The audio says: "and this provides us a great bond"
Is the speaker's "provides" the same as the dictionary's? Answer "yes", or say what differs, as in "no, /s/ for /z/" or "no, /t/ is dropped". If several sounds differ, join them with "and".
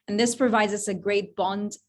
yes